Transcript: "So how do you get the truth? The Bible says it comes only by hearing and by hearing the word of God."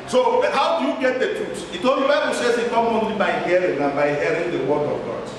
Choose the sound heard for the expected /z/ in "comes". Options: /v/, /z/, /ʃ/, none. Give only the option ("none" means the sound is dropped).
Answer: none